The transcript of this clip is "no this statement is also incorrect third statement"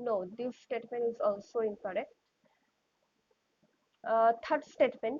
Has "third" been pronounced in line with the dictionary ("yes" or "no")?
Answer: no